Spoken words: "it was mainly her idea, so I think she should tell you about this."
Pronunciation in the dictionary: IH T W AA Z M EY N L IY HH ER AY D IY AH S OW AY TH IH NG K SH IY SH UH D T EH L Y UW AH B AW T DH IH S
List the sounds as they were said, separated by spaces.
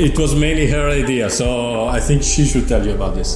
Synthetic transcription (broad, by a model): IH T W AA Z M EY N L IY HH ER AY D IY AH S OW AY TH IH NG K SH IY SH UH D T EH L Y UW AH B AW T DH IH S